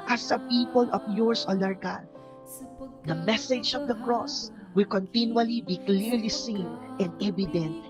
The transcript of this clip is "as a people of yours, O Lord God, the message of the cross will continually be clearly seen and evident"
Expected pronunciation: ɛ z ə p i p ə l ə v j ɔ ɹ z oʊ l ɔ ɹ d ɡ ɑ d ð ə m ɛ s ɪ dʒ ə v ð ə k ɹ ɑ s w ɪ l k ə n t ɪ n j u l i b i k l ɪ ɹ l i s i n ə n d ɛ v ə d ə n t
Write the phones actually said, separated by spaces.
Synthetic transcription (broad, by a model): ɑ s ə p i p ə l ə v j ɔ ɹ s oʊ n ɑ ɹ ɡ ɑ d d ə m ɛ s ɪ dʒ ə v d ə k ɹ ɑ s w ɪ l k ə n t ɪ n j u l i b i k l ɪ ɹ l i s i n ə n d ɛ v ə d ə n t